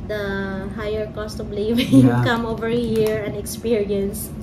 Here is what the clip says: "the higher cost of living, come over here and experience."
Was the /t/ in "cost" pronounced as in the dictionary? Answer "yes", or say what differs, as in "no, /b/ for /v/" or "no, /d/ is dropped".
yes